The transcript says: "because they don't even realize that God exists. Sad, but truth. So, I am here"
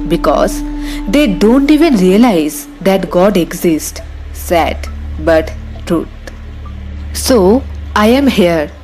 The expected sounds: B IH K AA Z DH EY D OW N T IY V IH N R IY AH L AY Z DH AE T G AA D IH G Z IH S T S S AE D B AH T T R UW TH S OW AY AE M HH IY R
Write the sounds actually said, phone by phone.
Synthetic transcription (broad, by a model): B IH K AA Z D EY D OW N T IY V IH N R IY AH L AY Z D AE T G AA D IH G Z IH S T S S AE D B AH T T R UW T S OW AY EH M HH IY R